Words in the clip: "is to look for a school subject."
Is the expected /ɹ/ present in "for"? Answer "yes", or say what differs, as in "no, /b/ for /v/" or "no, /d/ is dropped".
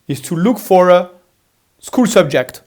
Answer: yes